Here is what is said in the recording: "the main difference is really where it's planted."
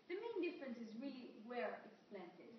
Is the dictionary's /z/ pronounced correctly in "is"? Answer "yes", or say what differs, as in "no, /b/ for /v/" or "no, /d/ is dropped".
yes